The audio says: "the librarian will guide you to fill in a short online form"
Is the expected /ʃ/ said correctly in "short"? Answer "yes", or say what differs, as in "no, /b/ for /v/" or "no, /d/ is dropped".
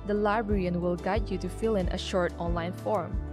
yes